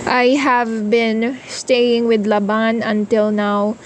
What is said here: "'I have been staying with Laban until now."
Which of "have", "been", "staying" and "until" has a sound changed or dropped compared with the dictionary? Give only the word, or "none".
none